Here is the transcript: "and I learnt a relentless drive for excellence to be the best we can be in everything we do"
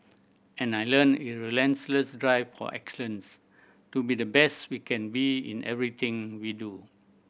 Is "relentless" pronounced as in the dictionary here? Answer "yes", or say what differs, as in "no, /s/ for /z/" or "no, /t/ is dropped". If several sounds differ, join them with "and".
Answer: no, /s/ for /t/